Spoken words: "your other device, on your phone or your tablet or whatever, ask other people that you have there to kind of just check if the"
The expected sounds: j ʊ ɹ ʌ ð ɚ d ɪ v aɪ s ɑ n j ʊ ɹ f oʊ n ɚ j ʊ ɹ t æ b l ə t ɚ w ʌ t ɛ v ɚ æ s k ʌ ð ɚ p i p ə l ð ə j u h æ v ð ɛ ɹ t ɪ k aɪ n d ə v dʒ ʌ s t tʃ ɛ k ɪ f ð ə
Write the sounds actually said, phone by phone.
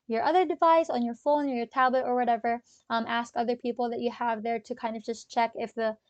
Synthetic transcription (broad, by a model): j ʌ ɹ ʌ ð ɚ d ɪ v aɪ s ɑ n j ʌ ɹ f oʊ n ɚ j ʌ ɹ t æ b l ə t ɚ w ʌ t ɛ v ɚ æ s k ʌ ð ɚ p i p l ð ə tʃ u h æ v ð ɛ ɹ t ɪ k aɪ n d ə v dʒ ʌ s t tʃ ɛ k ɪ f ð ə